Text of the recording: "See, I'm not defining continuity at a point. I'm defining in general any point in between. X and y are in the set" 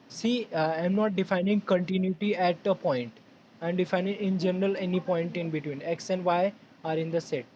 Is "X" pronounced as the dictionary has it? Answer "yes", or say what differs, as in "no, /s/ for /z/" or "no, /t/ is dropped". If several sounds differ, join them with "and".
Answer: yes